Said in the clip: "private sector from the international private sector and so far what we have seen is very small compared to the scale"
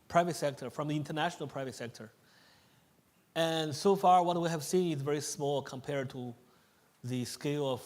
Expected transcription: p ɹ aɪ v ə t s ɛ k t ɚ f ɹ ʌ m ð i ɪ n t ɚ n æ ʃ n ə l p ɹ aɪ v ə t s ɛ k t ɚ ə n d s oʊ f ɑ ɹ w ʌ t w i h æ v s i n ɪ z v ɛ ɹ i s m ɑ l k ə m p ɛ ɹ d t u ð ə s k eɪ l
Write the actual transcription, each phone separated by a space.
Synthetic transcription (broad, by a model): p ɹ aɪ v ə t s ɛ k t ɚ f ɹ ʌ m ð i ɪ n t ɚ n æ ʃ n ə l p ɹ aɪ v ə t s ɛ k t ɚ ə n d s oʊ f ɑ ɹ w ʌ t w i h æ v s i n ɪ z v ɛ ɹ i s m ɑ l k ə m p ɛ ɹ d t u ð ə s k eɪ l